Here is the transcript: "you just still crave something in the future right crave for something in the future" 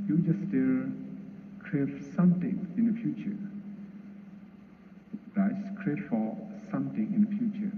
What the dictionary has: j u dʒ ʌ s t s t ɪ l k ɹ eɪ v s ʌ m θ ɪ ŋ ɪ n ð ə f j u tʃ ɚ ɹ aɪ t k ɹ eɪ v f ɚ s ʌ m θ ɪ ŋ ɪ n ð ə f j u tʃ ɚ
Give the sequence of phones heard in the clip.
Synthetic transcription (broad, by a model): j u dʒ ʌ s s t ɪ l k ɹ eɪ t s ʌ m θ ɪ ŋ ɪ n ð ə f j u tʃ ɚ l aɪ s k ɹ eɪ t f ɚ s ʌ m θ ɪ ŋ ɪ n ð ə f j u tʃ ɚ